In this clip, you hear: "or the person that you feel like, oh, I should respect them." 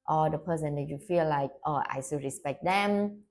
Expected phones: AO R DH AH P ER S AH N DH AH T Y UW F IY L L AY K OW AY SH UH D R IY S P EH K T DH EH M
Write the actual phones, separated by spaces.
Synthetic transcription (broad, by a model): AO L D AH P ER S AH N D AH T Y UW F IY L L AY K OW AY S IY R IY S P EH K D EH M